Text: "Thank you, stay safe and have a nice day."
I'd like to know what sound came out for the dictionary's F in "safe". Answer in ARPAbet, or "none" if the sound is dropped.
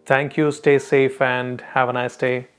F